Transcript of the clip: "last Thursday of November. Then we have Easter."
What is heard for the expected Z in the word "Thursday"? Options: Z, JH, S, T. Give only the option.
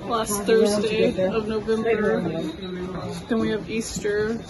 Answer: Z